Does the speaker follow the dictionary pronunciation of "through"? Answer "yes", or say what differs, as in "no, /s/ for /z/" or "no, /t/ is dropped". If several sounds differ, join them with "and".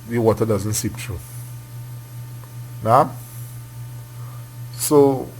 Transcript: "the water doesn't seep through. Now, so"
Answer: no, /t/ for /θ/